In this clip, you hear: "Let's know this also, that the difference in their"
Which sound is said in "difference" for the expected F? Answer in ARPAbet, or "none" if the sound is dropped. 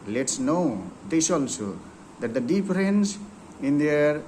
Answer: P